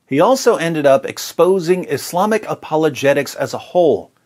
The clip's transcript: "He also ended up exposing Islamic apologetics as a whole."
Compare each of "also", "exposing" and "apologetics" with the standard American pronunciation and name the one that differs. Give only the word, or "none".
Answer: none